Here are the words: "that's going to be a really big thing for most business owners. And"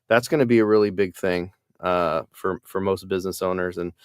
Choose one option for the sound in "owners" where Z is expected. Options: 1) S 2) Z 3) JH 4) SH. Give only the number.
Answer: 2